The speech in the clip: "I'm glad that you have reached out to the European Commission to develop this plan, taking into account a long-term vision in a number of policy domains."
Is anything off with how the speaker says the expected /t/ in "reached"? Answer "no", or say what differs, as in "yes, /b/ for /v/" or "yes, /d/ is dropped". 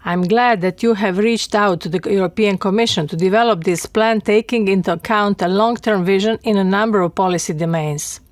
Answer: no